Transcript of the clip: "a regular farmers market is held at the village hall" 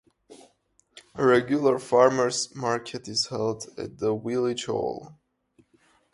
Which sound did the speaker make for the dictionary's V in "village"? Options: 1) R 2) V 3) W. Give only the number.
3